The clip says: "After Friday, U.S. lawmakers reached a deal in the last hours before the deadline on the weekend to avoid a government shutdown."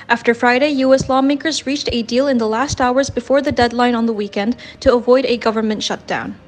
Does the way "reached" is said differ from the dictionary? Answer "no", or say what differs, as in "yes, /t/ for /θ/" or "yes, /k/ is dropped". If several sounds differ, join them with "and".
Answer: no